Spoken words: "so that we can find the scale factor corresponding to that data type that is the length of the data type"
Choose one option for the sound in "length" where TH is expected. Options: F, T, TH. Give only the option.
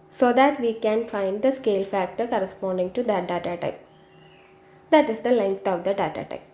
T